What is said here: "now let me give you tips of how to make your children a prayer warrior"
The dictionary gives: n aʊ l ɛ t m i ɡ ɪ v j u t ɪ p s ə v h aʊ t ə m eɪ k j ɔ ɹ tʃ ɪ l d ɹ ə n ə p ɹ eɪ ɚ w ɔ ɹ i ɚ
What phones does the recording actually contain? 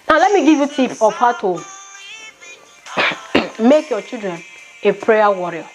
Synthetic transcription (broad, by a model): n aʊ l ɛ t m i ɡ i v j u t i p ə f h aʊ t ə m eɪ k j ɔ tʃ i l d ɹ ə n ə p ɹ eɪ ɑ w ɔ ɹ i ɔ